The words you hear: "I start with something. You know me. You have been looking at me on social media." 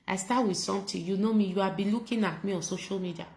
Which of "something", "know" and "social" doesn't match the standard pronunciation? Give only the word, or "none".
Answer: something